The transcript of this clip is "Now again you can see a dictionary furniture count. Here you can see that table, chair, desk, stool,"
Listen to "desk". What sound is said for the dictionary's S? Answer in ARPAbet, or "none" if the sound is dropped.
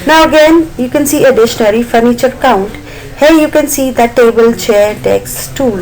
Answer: none